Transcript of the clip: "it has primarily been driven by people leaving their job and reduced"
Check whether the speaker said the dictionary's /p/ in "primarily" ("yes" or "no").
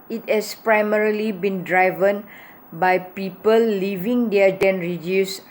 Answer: yes